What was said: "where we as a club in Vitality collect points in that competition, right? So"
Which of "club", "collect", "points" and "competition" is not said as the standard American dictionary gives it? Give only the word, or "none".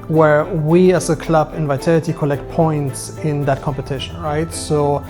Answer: none